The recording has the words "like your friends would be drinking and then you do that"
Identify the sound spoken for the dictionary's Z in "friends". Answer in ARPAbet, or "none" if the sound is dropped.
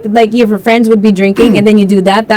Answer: Z